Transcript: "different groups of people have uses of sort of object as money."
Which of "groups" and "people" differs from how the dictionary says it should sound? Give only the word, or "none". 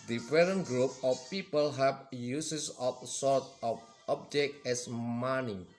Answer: groups